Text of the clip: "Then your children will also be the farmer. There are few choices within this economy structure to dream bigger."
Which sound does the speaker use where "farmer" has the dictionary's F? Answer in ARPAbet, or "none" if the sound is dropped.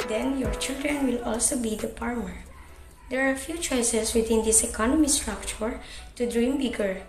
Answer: P